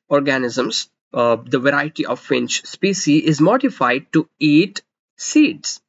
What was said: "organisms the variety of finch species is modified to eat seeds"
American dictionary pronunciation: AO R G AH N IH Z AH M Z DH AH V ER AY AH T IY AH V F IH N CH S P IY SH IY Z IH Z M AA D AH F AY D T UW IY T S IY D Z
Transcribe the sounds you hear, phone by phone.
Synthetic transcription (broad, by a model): AO R G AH N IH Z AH M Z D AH V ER AY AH T IY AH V F IH N CH S P IY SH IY IH Z M AA D AH F AY D T UW IY T S IY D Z